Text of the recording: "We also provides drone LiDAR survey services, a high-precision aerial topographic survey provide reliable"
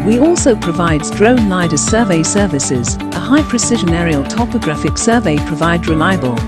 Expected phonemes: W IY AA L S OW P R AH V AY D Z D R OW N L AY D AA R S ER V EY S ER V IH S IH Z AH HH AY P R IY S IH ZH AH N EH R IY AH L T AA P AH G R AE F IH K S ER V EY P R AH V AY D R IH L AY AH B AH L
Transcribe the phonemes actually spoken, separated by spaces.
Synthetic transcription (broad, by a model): W IY AA L S OW P R AH V AY D Z D R OW N L AY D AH S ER V EY S ER V IH S IH Z AH HH AY P R IY S IH ZH AH N EH R IY AH L T AA P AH G R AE F IH K S ER V EY P R AH V AY D R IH L AY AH B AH L